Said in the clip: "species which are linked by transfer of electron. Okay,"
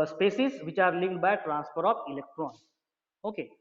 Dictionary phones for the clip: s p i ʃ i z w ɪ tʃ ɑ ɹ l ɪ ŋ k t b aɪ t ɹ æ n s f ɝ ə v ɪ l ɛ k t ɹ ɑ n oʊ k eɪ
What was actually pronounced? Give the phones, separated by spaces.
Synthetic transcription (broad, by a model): s p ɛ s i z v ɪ tʃ ɑ ɹ l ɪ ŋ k b aɪ t ɹ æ n s p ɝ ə p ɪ l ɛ k t ɹ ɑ n oʊ k eɪ